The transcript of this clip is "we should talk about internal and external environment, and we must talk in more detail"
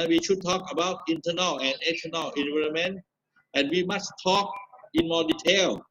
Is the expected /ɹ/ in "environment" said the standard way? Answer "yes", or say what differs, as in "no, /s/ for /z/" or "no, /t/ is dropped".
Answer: no, /l/ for /ɹ/